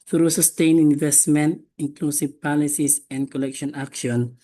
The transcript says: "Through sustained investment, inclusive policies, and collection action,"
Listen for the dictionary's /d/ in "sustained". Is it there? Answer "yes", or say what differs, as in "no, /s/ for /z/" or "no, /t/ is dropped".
no, /d/ is dropped